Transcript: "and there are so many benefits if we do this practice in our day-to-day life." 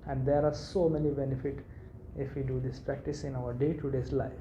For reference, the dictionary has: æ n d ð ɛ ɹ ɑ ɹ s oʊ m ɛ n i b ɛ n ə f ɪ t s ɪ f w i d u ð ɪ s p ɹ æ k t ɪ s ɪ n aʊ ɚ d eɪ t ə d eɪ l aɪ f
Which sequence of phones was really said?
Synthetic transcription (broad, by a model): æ n d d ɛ ɹ ɑ ɹ s oʊ m ɛ n i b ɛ n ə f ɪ t ɪ f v i d u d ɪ s p ɹ æ k t ɪ s ɪ n aʊ ɚ d eɪ t ə d eɪ l aɪ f